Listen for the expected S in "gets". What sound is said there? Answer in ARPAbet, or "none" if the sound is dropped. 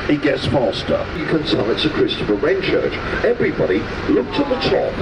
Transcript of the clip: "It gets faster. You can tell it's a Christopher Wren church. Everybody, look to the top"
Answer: S